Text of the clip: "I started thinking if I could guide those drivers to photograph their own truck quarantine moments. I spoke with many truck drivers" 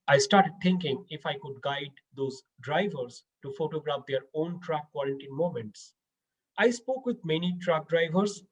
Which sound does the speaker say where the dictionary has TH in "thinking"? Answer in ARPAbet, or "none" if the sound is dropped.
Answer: T